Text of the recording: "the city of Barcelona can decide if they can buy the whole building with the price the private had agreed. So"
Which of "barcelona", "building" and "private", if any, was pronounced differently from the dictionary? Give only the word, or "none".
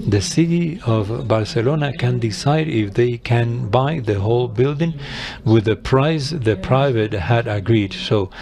none